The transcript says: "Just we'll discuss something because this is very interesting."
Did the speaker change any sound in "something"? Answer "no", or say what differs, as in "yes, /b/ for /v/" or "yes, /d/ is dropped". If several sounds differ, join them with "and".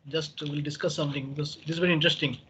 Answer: yes, /t/ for /θ/